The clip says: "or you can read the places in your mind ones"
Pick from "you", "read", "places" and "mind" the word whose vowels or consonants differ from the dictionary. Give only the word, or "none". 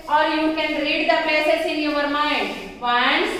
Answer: places